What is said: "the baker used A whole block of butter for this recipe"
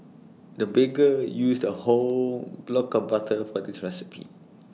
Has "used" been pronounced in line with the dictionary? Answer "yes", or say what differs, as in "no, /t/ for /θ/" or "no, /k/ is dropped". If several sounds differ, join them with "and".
no, /s/ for /z/